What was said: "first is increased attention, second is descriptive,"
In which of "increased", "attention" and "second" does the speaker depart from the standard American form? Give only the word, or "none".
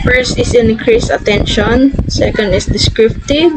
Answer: increased